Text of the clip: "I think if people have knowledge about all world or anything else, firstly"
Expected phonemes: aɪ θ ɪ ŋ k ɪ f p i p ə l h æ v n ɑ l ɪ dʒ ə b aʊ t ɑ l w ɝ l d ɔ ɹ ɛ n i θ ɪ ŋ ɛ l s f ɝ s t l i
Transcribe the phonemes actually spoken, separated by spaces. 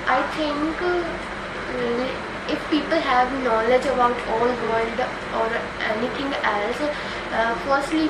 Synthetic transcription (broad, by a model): aɪ t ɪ ŋ k ɪ f p i p ə l h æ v n ɑ l ɪ dʒ ə b aʊ t ɑ l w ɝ l d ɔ ɹ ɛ n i t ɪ ŋ ɛ l s f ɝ s t l i